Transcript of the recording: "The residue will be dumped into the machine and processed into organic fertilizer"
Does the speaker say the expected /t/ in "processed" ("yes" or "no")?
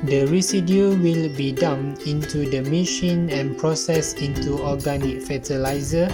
no